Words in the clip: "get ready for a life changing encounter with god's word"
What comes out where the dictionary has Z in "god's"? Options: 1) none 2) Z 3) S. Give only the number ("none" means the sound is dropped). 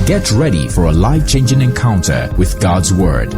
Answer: 2